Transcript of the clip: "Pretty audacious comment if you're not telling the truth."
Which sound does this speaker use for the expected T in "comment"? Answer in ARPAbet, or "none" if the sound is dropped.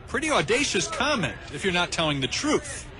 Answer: T